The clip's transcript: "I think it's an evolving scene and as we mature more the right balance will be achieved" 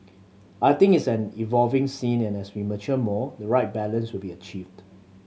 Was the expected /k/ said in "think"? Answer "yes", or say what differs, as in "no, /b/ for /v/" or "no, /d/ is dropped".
no, /k/ is dropped